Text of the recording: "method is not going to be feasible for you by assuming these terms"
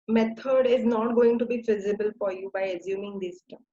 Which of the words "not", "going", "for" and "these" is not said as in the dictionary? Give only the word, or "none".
these